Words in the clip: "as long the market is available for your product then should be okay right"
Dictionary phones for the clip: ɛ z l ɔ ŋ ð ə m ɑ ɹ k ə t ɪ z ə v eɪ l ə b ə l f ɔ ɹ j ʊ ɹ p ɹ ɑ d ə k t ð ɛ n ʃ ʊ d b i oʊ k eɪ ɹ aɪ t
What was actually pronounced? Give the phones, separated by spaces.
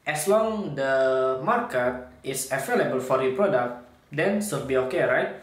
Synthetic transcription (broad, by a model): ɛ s l ɔ ŋ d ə m ɑ ɹ k ə t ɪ s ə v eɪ l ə b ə l f ɔ ɹ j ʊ p ɹ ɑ d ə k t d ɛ n s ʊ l b i oʊ k eɪ ɹ aɪ t